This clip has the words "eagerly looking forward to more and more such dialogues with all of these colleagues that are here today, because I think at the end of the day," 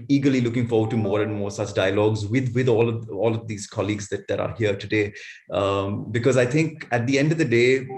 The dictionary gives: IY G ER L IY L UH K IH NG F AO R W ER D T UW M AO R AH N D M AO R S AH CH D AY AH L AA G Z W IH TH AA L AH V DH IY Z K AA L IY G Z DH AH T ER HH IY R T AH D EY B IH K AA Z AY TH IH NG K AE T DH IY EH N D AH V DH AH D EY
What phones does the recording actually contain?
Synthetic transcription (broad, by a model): IY G ER L IY L UH K IH NG F AO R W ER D T UW M AO R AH N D M AO R S AH CH D AY AH L AA G Z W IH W AA L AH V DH IY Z K AA L IY G Z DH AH T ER HH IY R T AH D EY B IH K AA Z AY T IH NG K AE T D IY EH N D AH V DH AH D EY